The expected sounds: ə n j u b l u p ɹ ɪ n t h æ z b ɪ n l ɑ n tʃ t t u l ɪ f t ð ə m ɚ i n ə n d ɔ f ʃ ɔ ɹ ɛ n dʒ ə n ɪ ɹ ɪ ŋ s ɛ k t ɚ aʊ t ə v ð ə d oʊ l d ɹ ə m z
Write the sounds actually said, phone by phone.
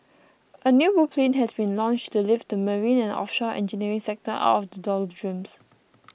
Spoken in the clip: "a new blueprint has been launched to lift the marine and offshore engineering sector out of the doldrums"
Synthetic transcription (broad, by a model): ə n j u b u p l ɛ n h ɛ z b ɪ n l ɑ n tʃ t t u l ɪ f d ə m ɚ i n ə n ɔ f ʃ ɔ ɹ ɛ n dʒ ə n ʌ ɹ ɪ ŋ s ɛ k t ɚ aʊ t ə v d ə d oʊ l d ɹ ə m s